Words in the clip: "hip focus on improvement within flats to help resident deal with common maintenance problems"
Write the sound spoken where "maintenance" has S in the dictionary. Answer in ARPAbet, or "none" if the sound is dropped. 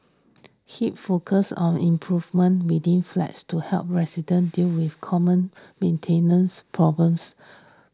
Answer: S